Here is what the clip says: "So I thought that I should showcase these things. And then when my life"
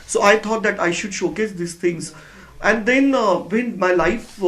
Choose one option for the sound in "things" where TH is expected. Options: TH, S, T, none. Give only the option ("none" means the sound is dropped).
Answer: T